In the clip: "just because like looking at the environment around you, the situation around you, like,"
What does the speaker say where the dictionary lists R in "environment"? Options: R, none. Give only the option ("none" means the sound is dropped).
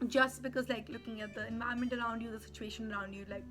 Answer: none